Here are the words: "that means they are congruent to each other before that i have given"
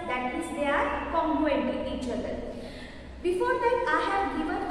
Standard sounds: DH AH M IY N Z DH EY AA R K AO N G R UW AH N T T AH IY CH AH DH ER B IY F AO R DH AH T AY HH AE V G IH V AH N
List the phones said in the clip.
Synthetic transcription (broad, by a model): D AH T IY Z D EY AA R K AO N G UW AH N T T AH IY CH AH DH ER B IY F AO R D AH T AY HH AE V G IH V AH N